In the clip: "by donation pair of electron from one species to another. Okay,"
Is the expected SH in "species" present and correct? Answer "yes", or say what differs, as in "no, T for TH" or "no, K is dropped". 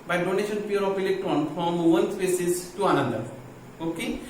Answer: no, S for SH